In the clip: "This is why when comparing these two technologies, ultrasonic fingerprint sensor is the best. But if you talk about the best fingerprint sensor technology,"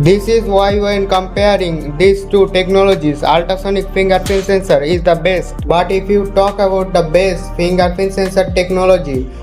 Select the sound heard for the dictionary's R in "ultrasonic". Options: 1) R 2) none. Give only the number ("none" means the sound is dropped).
2